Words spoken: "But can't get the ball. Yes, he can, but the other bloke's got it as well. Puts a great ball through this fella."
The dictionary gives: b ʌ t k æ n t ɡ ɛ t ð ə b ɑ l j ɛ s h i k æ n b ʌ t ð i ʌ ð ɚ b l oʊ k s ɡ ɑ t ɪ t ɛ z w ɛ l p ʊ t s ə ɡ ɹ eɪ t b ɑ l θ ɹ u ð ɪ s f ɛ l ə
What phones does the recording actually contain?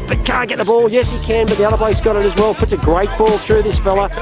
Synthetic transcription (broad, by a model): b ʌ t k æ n ɡ ɛ t ð ə b ɑ l j ɛ s h i k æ n b ʌ t ð i ʌ ð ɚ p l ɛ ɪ s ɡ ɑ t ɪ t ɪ z w ɛ l p ʊ t s ə ɡ ɹ eɪ t b ɑ l θ ɹ u ð ɪ s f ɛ l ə